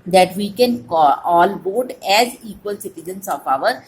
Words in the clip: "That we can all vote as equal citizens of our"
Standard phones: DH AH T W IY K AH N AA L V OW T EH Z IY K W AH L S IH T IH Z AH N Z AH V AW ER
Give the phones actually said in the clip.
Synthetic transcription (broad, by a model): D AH T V IY K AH N AA L B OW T EH Z IY K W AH L S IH T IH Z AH N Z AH F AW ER